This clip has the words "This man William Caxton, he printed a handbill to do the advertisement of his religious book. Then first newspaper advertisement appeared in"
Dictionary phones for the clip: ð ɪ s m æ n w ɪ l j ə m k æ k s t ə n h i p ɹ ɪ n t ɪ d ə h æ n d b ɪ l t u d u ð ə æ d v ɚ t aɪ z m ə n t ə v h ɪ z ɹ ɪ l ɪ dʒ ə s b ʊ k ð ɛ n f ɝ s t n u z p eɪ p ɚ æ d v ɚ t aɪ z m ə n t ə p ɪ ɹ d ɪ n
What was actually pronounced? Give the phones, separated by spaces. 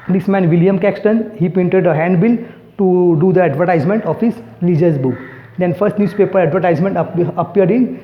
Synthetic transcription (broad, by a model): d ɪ s m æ n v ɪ l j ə m k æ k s t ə n h i p ɪ n t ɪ d ə h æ n d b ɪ l t u d u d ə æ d v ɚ t aɪ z m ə n t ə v h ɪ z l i dʒ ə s b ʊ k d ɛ n f ɝ s t n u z p eɪ p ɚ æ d v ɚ t aɪ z m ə n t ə p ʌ ɹ d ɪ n